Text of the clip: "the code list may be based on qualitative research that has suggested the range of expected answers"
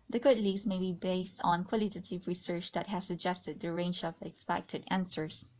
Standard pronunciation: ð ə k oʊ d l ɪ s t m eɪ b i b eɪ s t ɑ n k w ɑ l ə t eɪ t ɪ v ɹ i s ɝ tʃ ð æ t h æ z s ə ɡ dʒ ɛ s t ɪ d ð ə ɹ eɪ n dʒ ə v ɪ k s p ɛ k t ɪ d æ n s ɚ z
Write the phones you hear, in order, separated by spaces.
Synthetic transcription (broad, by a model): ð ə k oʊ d l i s m eɪ b i b eɪ s t ɑ n k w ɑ l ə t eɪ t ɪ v ɹ i s ɝ tʃ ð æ t h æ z s ə ɡ dʒ ɛ s t ɪ d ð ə ɹ eɪ n dʒ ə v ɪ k s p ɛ k t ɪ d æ n s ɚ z